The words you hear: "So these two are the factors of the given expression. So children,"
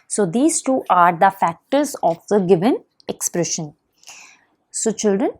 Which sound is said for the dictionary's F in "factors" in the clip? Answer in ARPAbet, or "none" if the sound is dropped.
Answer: F